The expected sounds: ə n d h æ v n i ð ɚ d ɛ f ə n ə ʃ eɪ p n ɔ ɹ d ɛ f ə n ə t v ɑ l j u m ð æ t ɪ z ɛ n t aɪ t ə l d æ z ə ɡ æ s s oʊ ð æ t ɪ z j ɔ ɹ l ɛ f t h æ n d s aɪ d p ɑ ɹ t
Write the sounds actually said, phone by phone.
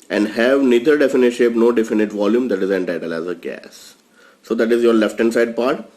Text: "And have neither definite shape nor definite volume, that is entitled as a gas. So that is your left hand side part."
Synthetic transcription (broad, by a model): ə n d h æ v n i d ɚ d ɛ f ə n ə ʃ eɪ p n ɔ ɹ d ɛ f ə n ə t v ɑ l j u m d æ t ɪ z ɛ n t aɪ t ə l æ z ə ɡ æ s s oʊ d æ t ɪ z j ɔ ɹ l ɛ f t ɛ n s aɪ d p ɑ ɹ t